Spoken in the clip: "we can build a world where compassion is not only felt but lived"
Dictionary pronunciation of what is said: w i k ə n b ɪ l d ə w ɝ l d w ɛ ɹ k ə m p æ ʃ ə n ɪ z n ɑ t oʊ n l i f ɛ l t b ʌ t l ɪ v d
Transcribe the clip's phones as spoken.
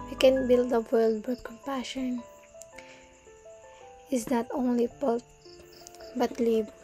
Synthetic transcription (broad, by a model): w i k ə n b ɪ l d ə w ɝ l d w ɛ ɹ k ə m p æ ʃ ə n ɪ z n ɑ t oʊ n l i p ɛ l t b ʌ t l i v